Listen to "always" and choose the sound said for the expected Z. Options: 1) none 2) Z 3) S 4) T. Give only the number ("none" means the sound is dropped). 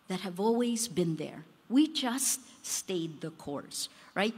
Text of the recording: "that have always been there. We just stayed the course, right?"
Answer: 2